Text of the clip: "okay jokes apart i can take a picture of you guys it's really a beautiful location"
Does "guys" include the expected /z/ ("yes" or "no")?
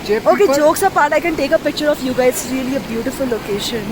no